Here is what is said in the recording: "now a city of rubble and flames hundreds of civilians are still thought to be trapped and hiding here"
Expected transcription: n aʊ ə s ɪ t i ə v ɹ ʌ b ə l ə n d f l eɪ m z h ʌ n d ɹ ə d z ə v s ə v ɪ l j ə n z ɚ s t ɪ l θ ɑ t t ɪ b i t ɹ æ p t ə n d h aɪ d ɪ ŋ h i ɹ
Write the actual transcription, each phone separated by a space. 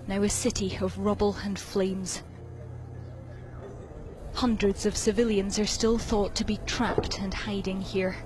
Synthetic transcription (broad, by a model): n aʊ ə s ɪ t i ə v ɹ ʌ b l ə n f l eɪ m z h ʌ n d ɹ ə d z ə v s ə v ɪ l j ə n z ɚ s t ɪ l θ ɑ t t ɪ b i t ɹ æ p t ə n h aɪ d ɪ ŋ h i ɹ